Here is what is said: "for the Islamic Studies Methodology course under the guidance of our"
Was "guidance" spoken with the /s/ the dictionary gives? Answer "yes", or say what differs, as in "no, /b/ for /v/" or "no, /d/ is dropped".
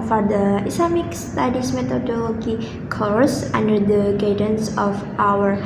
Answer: yes